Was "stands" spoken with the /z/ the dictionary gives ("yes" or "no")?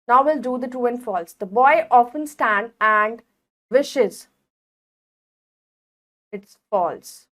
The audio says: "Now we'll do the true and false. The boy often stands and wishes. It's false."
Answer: no